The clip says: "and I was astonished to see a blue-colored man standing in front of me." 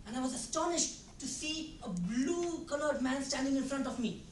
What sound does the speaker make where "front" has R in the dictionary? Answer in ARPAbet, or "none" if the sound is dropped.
R